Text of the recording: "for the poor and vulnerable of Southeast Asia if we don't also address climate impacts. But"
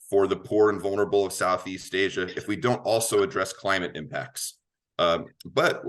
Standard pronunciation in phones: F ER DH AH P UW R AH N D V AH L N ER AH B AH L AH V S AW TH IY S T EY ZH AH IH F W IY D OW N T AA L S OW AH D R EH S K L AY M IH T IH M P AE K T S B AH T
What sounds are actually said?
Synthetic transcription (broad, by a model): F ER DH AH P UW R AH N V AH L N ER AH B L AH V S AW TH IY S T EY ZH AH IH F W IY D OW N T AA L S OW AH D R EH S K L AY M IH T IH M P AE K T S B AH T